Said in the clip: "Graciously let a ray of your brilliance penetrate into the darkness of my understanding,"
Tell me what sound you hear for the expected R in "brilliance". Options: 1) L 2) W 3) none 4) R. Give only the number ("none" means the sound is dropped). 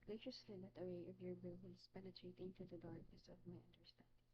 3